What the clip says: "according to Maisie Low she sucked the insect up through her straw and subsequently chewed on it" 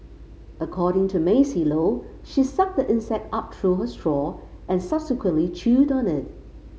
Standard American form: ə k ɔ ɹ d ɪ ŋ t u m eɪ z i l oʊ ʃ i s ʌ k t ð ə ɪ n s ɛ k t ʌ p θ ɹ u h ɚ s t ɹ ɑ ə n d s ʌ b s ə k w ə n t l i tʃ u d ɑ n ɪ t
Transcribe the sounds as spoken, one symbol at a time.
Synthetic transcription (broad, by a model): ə k ɔ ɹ d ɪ ŋ t u m eɪ s i l oʊ ʃ i s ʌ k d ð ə ɪ n s ɛ k t ʌ p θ ɹ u h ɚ s t ɹ ɑ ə n s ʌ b s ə k w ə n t l i tʃ u d ɑ n ɪ t